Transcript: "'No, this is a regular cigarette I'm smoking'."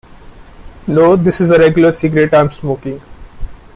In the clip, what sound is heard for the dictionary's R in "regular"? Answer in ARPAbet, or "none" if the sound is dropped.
R